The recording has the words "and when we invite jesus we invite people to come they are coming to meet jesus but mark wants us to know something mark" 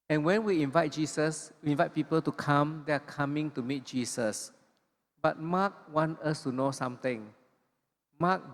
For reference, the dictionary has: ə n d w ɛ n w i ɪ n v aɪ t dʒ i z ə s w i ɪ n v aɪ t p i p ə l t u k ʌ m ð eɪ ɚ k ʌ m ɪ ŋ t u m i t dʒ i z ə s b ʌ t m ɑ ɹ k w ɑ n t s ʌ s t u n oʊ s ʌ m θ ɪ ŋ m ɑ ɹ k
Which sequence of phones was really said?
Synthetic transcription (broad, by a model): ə n w ɛ n w i ɪ n v aɪ t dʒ i s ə s w i ɪ n v aɪ t p i p ə l t u k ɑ m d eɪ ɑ k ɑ m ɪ ŋ t u m i t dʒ i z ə s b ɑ t m ɑ k w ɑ n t ʌ s t u n oʊ s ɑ m t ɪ ŋ m ɑ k